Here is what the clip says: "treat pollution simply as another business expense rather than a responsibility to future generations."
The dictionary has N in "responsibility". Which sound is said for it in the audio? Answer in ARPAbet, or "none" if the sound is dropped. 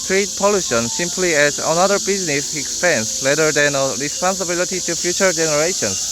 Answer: N